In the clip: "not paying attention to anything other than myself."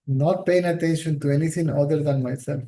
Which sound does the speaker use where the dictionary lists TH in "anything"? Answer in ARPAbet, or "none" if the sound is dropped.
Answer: T